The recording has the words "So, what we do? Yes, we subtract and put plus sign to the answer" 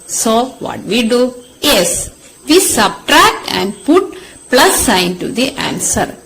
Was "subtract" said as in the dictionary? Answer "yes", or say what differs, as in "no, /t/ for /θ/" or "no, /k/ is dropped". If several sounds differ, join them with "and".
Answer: yes